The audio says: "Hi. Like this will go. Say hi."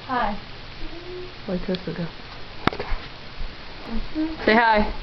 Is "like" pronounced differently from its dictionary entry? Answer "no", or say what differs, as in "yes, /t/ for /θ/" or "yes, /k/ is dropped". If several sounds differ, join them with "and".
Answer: yes, /w/ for /l/